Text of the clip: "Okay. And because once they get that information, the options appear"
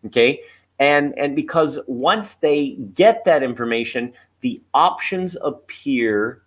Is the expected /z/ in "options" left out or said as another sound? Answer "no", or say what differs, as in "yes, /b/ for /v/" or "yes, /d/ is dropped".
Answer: no